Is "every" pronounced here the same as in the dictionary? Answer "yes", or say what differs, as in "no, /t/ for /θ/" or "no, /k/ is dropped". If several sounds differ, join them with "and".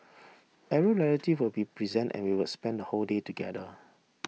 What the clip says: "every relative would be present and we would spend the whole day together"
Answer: no, /v/ is dropped